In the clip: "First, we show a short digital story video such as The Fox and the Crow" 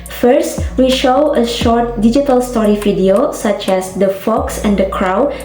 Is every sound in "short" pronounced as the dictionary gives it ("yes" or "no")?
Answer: yes